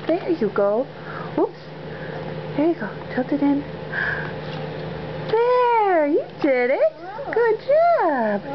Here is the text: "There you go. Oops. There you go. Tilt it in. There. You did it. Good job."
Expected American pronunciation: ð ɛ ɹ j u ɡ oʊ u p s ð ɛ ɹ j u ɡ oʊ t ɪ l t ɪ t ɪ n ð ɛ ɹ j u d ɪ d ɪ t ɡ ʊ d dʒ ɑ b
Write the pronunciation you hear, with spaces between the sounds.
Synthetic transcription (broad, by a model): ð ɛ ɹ j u ɡ oʊ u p s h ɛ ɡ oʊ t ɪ t ɪ t ɪ n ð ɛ ɹ j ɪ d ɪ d ɪ t ɡ ʊ d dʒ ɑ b